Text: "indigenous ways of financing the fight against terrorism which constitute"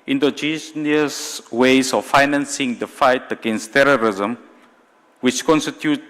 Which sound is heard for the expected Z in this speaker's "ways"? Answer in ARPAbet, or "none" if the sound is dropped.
S